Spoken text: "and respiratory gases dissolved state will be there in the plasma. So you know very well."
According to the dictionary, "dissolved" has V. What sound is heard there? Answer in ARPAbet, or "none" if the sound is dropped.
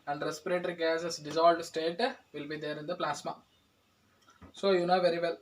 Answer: none